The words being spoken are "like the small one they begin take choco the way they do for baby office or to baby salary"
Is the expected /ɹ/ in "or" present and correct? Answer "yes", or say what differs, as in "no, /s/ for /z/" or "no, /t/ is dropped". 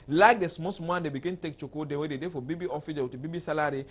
no, /w/ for /ɹ/